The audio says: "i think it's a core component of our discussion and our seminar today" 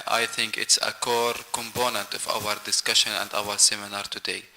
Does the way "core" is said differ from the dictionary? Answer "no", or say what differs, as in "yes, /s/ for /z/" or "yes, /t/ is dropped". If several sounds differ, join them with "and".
no